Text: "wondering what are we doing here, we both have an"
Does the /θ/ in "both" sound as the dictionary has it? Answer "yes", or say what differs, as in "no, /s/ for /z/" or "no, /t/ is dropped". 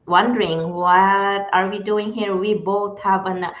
no, /t/ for /θ/